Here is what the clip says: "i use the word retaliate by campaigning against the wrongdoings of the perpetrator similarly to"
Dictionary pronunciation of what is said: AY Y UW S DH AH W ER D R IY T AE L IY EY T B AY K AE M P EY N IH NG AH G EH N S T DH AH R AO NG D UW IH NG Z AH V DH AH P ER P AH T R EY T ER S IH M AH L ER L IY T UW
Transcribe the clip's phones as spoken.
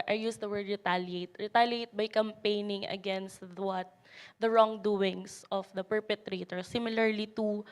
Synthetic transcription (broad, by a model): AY Y UW S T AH W ER D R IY T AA L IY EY T B AY K AE M P EY N IH NG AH G EH N S T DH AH R AO NG D UW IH NG S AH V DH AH P ER P AH T R EY T ER S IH M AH L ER L IY T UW